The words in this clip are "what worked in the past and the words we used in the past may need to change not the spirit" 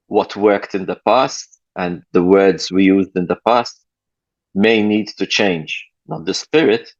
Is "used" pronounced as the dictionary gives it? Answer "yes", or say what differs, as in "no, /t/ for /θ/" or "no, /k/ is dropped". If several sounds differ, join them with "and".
yes